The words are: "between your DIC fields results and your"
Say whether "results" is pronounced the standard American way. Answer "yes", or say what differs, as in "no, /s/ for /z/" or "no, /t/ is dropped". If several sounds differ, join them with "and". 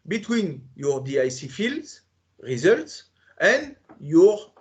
yes